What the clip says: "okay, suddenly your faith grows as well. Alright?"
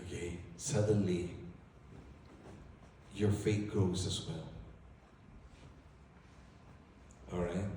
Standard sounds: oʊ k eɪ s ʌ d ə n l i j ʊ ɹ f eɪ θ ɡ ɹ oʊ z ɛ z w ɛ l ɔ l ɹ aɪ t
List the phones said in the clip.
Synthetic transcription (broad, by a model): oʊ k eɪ s ʌ d ə n l i j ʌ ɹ f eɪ t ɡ ɹ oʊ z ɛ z w ɛ l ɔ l ɹ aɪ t